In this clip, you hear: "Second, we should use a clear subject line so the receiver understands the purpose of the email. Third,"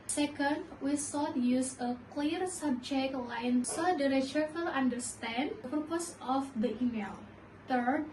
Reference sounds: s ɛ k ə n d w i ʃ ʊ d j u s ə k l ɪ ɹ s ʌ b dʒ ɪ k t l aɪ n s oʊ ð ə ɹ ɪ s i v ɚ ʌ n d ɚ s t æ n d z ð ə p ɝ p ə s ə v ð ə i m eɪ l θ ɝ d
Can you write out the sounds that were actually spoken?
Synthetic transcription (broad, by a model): s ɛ k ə n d w i s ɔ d j u s ə k l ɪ ɹ s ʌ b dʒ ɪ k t l aɪ n s oʊ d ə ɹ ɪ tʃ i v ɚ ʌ n d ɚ s t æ n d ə p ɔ p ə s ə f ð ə i m eɪ l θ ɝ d